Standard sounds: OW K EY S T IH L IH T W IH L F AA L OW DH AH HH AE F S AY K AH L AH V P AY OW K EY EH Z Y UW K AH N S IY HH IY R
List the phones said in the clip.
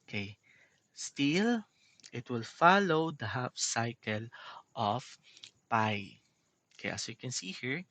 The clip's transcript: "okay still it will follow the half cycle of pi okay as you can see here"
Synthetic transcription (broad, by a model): K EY S T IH L IH T W IH L F AA L OW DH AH HH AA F S AY K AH L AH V P AY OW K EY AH S Y UW K AH N S IY HH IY R